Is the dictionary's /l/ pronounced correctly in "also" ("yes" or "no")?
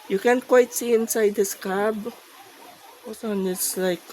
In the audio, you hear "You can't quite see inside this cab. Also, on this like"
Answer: no